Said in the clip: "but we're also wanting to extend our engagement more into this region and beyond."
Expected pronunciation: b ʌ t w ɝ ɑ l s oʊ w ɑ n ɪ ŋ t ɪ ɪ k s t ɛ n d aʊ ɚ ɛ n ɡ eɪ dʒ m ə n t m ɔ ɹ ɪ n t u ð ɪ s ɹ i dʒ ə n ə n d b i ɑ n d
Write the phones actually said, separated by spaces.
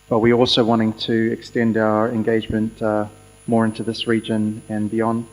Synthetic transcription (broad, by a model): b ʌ t w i ɑ l s oʊ w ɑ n ɪ ŋ t ɪ ɪ k s t ɛ n d aʊ ɚ ɛ n ɡ eɪ dʒ m ə n t m ɔ ɹ ɪ n t u ð ɪ s ɹ i dʒ ə n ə n b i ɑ n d